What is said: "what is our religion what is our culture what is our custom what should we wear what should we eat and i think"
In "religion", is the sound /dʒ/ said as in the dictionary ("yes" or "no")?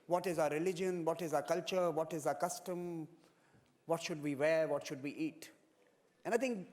yes